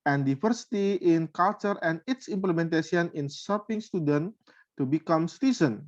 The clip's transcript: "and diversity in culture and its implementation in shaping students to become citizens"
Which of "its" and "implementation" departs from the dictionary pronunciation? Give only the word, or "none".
implementation